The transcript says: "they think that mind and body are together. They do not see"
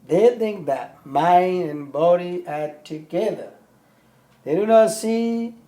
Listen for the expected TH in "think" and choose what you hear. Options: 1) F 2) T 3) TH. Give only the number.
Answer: 3